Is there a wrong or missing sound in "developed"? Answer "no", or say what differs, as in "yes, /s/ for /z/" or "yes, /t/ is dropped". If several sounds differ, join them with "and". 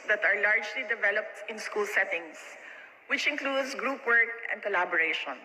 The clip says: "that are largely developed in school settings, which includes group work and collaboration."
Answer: no